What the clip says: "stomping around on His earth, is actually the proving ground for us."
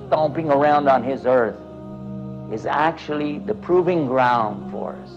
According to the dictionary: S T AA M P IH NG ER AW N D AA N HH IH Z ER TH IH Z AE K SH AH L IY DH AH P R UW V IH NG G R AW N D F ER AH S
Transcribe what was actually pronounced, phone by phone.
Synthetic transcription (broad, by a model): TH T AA M P IH NG ER AW N D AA N IH Z ER TH IH Z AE K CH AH L IY DH AH P R UW V IH NG G R AW N D F ER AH S